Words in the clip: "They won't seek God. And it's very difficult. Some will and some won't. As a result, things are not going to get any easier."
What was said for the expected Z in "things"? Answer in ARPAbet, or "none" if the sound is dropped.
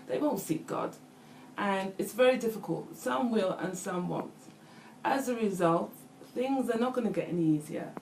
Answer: Z